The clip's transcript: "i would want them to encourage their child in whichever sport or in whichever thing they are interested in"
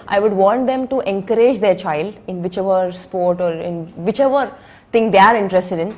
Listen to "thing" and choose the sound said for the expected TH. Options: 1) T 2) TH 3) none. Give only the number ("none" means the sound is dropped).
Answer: 1